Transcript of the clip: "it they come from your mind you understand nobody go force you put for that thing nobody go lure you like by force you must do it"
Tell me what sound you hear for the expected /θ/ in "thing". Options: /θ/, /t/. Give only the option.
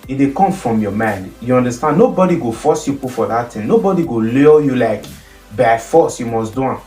/t/